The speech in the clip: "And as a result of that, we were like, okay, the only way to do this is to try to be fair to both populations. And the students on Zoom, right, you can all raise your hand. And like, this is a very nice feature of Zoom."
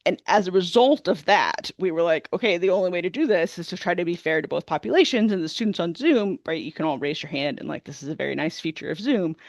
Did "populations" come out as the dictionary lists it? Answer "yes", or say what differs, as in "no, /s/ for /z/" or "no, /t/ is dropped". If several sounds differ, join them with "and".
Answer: yes